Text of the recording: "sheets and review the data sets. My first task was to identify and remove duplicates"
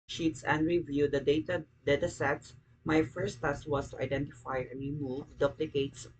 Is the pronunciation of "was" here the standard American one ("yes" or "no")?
no